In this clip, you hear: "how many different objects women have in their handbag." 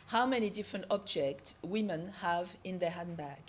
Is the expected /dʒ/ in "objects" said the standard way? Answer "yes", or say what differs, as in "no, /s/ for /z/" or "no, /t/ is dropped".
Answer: yes